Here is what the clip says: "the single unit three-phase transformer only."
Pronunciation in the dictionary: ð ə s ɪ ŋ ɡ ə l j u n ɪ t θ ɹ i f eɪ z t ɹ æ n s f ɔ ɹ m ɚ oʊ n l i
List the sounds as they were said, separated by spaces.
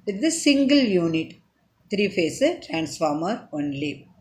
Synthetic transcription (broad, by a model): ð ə s ɪ ŋ ɡ ə l j u n ɪ t t ɹ i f eɪ s t ɹ æ n s f ɔ ɹ m ɚ oʊ n l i